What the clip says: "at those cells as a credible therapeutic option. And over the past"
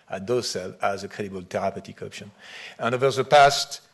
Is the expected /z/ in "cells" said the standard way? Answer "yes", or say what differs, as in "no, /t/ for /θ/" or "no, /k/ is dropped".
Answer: no, /z/ is dropped